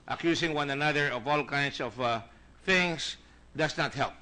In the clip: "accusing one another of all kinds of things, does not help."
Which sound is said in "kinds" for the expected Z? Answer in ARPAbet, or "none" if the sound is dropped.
S